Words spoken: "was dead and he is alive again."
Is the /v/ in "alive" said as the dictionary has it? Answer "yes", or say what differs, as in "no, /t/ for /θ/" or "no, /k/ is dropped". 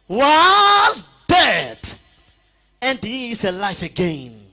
no, /f/ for /v/